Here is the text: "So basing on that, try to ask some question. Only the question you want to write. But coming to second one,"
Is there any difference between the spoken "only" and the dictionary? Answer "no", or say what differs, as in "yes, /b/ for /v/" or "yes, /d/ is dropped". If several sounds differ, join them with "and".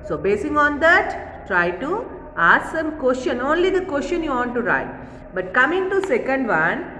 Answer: no